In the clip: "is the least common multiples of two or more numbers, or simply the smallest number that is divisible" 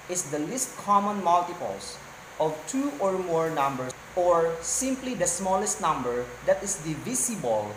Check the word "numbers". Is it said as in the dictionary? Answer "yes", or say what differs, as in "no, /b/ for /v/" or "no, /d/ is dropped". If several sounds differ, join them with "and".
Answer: no, /z/ is dropped